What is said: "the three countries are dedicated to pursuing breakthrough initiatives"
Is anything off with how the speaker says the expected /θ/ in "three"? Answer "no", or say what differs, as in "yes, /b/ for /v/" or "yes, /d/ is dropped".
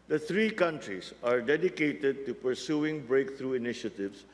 yes, /t/ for /θ/